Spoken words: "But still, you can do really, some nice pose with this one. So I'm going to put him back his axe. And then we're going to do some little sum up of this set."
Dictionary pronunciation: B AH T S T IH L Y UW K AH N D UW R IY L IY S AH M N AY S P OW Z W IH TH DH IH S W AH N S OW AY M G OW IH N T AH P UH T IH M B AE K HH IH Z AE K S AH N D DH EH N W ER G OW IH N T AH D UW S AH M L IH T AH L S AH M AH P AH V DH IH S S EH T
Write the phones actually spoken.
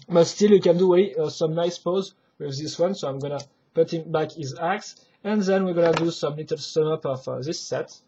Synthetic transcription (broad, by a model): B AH T S T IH L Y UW K AH N D UW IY S AH M N AY S P OW Z W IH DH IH S W AH N S OW AY M G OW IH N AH P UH T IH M B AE K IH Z AE K S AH N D DH EH N W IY G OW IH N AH D UW S AH M L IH T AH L S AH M AH P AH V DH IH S S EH T